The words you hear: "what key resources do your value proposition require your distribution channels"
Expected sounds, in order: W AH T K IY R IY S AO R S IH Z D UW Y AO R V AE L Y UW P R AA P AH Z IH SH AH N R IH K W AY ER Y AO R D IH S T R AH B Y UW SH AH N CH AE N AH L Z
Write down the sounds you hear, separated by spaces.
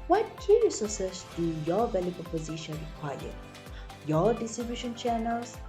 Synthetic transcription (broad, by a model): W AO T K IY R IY S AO S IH S D UW Y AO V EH L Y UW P AA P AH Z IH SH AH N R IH K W AY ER Y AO D IH S T R AH B Y UW SH AH N CH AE N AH L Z